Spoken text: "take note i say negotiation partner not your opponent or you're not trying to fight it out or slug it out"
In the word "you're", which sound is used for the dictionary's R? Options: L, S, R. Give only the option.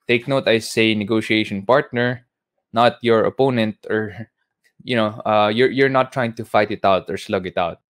R